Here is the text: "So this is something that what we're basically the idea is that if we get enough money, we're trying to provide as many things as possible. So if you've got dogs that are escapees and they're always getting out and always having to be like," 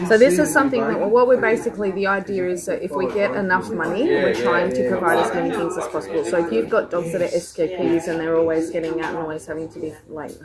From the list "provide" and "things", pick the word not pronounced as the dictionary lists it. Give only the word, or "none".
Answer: none